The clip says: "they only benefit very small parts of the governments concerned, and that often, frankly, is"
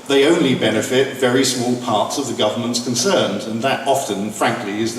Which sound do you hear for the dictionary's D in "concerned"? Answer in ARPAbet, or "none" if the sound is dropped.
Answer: D